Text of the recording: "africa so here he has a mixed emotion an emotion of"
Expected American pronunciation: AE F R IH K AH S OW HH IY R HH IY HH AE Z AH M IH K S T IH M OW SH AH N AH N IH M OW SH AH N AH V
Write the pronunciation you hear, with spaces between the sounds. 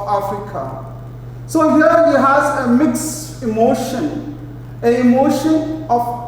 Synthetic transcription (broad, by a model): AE F R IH K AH S OW HH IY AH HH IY HH AE Z AH M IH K S IH M OW SH AH N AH IH M OW SH AH N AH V